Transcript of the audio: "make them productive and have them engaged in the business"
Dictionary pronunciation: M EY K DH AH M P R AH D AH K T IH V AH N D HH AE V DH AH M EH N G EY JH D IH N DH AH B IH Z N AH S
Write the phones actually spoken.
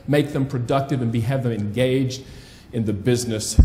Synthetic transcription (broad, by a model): M EY K DH AH M P R AH D AH K T IH V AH N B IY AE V DH AH M EH N G EY JH D IH N DH AH B IH Z N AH S